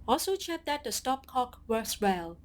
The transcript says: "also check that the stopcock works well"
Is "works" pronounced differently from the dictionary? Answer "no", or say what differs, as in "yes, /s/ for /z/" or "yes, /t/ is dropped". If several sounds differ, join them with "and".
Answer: yes, /k/ is dropped